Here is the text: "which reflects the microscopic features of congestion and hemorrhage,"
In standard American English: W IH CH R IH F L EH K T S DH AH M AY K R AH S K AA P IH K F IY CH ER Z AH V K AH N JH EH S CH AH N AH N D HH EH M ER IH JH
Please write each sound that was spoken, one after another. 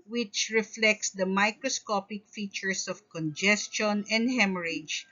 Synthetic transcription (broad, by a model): W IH CH R IH F L EH K T S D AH M AY K R AH S K AA P IH K F IY CH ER S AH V K AH N JH EH S CH AH N AH N D HH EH M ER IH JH